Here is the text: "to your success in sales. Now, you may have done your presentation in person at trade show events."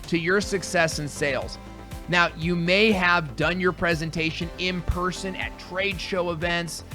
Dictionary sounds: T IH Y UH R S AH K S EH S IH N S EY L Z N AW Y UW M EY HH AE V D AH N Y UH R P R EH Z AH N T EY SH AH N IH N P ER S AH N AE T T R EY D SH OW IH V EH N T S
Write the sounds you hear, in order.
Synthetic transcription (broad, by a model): T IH Y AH R S AH K S EH S IH N S EY L Z N AW Y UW M EY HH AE V D AH N Y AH R P R EH Z AH N T EY SH AH N IH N P ER S AH N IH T T R EY D SH OW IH V EH N T S